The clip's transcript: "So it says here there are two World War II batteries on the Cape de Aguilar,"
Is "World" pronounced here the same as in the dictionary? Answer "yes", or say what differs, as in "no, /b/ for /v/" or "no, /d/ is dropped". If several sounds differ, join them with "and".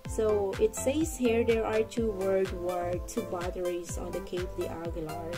no, /l/ is dropped